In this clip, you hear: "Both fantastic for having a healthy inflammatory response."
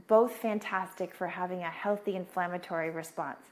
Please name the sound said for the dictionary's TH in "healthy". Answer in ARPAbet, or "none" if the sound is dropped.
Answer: TH